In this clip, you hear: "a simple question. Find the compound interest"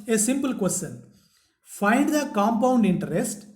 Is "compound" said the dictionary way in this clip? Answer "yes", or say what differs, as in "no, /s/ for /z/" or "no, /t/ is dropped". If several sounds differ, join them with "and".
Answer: yes